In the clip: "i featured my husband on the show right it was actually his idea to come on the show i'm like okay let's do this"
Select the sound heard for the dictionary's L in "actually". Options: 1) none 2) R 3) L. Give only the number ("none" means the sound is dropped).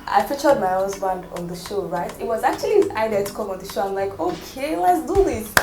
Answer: 1